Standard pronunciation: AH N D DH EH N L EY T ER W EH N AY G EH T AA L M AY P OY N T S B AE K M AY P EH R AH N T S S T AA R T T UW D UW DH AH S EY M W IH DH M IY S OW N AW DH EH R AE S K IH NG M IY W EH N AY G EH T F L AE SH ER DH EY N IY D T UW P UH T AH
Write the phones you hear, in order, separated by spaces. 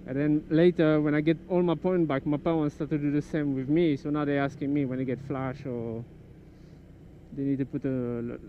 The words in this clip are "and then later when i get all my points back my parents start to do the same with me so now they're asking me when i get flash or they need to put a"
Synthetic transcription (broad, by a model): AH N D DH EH N L EY T ER W EH N AY G EH T AA L M AY P OY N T B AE K M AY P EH W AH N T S S T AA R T T UW D UW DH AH S EY M W IH DH M IY S OW N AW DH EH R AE S K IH NG M IY W EH N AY G EH T F L AE SH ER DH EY N IY D T UW P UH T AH